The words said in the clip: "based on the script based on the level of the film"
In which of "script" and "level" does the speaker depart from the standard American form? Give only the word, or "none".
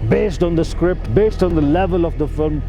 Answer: none